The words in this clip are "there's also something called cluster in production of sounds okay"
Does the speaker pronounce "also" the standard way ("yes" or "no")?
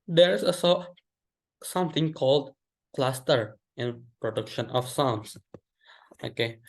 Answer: no